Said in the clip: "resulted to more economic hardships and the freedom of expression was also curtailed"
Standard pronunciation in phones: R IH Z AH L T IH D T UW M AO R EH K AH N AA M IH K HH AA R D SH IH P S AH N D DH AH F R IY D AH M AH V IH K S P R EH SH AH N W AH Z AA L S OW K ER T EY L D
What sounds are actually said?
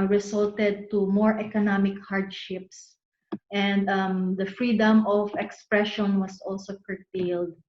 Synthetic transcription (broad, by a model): R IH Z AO L T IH D T UW M AO R EH K AH N AA M IH K HH AA R D SH IH P S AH N D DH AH F R IY D AH M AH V IH K S P R EH SH AH N W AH S AA L S OW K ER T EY L D